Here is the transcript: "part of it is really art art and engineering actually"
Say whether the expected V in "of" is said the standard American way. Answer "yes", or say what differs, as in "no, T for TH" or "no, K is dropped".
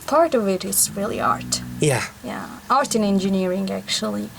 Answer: yes